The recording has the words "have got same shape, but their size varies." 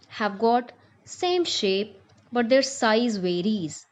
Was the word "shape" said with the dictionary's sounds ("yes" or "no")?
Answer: yes